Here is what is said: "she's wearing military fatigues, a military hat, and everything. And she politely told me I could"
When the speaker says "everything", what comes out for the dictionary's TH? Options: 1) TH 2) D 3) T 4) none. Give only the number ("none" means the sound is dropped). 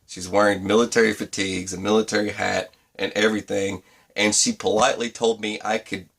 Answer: 1